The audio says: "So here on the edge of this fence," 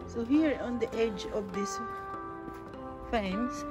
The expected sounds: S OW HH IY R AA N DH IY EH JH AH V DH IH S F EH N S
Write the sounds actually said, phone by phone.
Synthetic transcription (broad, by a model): S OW HH IY R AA N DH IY EH JH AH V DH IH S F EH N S